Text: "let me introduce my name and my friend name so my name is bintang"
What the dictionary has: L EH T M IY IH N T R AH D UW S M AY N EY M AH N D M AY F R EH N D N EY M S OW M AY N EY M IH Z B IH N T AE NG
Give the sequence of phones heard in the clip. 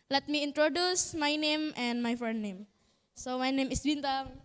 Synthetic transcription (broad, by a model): L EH T M IY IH N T R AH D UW S M AY N EY M AH N D M AY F EH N N EY M S OW M AY N EY M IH S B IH N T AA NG